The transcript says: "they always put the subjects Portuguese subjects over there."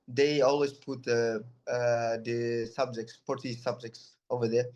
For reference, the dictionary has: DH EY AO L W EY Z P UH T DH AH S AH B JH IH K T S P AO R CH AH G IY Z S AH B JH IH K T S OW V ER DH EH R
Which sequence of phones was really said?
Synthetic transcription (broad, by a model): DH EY AO L W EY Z P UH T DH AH S AH B JH IH K T S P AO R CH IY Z S AH B JH IH K T S OW V ER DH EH R